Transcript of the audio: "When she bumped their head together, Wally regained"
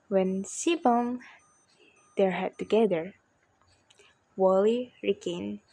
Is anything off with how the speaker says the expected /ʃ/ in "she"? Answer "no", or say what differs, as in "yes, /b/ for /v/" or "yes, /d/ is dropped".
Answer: yes, /s/ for /ʃ/